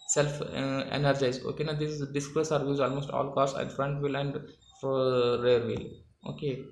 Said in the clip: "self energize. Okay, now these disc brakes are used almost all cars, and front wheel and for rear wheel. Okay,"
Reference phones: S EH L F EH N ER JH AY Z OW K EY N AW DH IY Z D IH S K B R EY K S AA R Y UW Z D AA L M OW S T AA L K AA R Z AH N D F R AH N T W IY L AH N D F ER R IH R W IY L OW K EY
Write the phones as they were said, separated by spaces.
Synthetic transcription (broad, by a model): S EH L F EH N ER JH AY Z OW K EY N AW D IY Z D IH S K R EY S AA R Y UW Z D AA L M OW S T AA L K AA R S AH N D F R AH N T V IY L AH N D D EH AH R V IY L OW K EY